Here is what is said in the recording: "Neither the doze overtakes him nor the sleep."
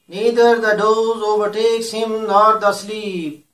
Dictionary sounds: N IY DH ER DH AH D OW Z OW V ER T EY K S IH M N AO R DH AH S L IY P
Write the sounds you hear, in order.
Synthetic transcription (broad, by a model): N IY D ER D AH D OW Z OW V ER T EY K S IH M L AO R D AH S L IY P